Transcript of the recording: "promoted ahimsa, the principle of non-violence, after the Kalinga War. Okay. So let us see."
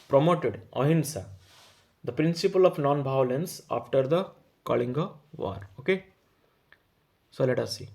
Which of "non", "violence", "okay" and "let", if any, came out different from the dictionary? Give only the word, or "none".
violence